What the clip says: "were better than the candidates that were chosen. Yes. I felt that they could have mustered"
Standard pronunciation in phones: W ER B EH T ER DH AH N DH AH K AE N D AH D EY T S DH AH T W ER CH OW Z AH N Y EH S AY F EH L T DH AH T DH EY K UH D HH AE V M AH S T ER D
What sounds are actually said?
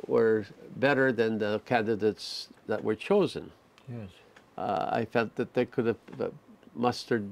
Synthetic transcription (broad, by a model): W ER B EH T ER DH AH N DH AH K AE N D AH D EY T S DH AH T W ER CH OW Z AH N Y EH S AY F EH L T DH AH T DH EY K UH D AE V M AH S T ER D